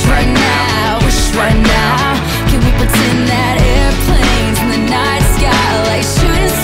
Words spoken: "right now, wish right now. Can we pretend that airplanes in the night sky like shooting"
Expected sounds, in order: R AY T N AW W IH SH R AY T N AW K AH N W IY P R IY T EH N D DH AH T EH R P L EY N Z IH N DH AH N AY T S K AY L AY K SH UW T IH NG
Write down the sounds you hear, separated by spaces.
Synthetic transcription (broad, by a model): R AY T N AW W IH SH R AY T N AW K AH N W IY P IY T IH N DH AH T EH R P L EY N Z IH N DH AH N AY T S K AY L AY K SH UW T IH